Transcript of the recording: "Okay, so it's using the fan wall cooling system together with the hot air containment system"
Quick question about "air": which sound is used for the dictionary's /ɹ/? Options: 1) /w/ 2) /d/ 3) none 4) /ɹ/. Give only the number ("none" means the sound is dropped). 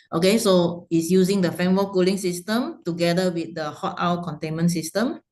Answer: 1